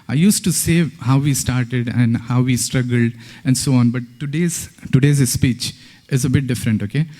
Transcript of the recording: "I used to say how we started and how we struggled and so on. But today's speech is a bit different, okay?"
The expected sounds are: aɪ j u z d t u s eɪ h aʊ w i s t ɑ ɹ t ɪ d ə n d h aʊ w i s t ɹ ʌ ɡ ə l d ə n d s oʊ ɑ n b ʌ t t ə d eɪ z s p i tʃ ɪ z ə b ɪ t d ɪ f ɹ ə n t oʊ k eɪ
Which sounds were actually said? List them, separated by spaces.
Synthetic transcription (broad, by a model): aɪ j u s t u s eɪ h aʊ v i s t ɑ ɹ t ɪ d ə n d h aʊ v i s t ɹ ʌ ɡ ə l d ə n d s oʊ ɑ n b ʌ t t ə d eɪ z s p i tʃ ɪ z ə b ɪ t d ɪ f ɹ ə n t oʊ k eɪ